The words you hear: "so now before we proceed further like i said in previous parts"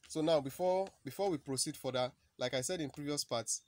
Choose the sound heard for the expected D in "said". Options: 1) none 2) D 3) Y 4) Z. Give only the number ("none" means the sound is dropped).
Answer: 2